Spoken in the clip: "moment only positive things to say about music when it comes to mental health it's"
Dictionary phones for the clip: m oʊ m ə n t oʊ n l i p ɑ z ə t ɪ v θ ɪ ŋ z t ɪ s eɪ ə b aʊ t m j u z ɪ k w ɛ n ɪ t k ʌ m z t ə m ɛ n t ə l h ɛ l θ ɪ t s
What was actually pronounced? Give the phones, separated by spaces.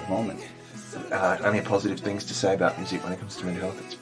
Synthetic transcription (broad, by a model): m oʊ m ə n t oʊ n i p ɑ z ə t ɪ v θ ɪ ŋ z t ɪ s eɪ ə b aʊ t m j u z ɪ k w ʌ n ɪ t k ʌ m z t ə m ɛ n h ɛ l θ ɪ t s